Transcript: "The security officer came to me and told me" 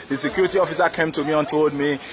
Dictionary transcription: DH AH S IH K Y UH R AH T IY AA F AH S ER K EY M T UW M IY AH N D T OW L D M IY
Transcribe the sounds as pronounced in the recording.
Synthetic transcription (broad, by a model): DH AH S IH K Y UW R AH T IY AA F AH S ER K EY M T UW M IY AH N T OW D M IY